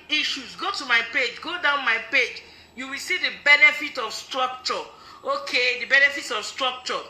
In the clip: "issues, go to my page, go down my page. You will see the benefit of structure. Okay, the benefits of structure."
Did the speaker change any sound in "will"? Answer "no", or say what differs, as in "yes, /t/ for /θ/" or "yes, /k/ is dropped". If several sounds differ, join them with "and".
no